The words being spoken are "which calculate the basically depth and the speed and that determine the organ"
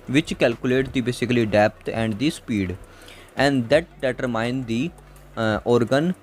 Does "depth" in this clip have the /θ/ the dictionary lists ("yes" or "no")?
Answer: no